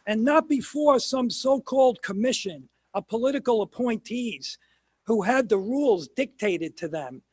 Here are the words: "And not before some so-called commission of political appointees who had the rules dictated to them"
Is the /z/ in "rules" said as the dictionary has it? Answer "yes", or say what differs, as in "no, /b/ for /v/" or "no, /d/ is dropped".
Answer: yes